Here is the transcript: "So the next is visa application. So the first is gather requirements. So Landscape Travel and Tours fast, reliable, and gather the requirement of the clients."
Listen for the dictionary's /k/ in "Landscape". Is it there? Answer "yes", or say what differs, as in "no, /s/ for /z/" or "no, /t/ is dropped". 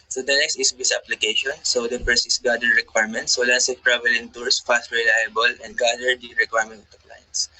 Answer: no, /k/ is dropped